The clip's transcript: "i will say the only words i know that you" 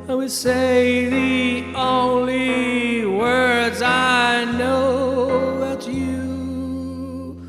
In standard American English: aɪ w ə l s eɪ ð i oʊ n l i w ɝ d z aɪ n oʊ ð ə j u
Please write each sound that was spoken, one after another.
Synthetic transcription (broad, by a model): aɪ w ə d s eɪ ð i oʊ n l i w ɝ d z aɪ n oʊ ð ə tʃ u